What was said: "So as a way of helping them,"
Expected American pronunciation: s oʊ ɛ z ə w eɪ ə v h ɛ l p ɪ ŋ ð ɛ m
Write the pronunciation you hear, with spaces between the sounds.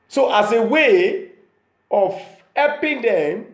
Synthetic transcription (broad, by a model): s oʊ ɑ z ə w eɪ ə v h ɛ p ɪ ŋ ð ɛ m